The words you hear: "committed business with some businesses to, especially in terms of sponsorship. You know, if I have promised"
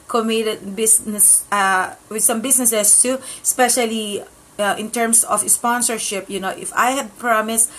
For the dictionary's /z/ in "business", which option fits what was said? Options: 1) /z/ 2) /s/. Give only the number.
2